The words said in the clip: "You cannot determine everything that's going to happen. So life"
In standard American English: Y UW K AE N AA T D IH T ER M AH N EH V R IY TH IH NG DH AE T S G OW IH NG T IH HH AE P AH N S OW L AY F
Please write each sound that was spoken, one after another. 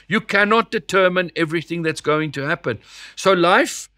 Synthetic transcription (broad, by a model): Y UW K AE N AA T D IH T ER M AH N EH V R IY TH IH NG DH AE T S G OW IH NG T IH HH AE P AH N S OW L AY F